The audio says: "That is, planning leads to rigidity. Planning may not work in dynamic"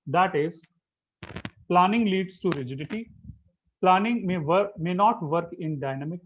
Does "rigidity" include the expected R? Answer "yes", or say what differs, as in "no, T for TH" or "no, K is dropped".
yes